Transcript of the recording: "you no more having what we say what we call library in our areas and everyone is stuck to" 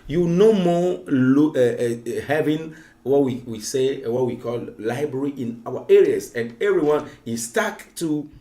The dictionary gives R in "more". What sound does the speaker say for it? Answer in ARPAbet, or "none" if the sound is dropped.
L